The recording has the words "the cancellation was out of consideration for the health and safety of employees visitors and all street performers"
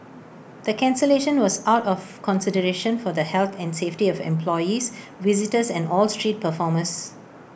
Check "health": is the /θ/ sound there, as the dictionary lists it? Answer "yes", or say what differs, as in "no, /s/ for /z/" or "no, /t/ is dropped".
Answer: no, /t/ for /θ/